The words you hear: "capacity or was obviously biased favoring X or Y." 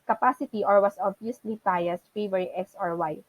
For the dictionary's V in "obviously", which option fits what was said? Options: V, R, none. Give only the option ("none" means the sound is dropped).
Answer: none